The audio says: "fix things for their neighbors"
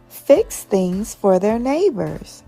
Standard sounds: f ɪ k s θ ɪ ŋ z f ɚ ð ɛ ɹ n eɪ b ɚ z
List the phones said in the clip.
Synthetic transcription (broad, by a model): f ɪ k s θ ɪ ŋ z f ɚ ð ɛ ɹ n eɪ b ɚ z